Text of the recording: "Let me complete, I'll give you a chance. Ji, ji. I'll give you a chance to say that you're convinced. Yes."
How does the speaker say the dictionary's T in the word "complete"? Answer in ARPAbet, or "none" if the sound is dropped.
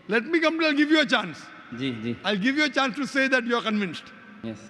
none